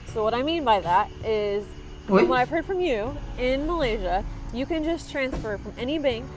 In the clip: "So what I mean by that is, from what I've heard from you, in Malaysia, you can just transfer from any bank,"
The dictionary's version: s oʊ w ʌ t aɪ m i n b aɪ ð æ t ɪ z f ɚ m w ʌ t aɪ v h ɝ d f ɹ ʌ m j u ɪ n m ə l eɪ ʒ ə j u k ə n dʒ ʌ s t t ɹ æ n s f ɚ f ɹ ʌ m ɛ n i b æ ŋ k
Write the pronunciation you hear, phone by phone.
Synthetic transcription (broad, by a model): s oʊ w ʌ t aɪ m i n b aɪ ð æ t ɪ z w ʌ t aɪ v h ɝ d f ɹ ʌ m j u ɪ n m ə l eɪ ʒ ə j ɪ k ə n dʒ ʌ s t t ɹ æ n s f ɚ f ɹ ʌ m ɛ n i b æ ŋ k